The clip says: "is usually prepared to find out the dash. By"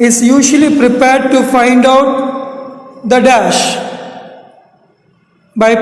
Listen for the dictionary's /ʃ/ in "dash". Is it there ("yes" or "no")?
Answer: yes